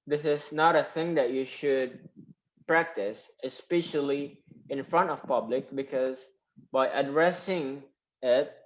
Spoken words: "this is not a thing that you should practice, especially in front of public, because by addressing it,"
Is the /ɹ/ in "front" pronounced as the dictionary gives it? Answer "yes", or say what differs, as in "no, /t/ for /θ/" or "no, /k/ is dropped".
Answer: yes